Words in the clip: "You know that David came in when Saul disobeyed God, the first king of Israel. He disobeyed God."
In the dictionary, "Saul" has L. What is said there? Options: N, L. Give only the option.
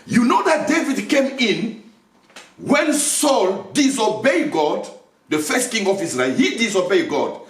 L